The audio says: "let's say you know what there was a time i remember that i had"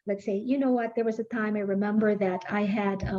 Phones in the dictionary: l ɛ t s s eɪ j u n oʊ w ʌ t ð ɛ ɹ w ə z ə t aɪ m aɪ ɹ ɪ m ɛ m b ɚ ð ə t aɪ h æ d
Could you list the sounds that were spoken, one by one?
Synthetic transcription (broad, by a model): l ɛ t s s eɪ j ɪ n oʊ w ʌ t ð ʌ ɹ w ə z ə t aɪ m aɪ ɹ ɪ m ɛ m b ɚ ð ə t aɪ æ d